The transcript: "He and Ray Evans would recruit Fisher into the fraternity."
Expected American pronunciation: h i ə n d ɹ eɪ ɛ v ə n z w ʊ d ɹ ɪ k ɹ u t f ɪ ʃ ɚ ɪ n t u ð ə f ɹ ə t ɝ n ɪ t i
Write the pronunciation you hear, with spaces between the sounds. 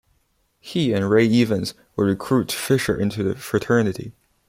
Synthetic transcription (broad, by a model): h i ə n ɹ eɪ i v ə n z w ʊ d ɹ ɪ k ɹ u t f ɪ ʃ ɚ ɪ n t u ð ə f ɹ ə t ɝ n ɪ t i